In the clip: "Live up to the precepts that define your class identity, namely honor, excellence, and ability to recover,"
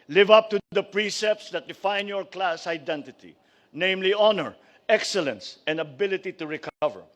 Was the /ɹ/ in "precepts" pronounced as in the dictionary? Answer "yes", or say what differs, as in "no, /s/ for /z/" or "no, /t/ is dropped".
yes